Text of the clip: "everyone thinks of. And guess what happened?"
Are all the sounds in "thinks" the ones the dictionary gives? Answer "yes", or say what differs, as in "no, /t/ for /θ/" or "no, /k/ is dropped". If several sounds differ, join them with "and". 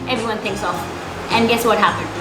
yes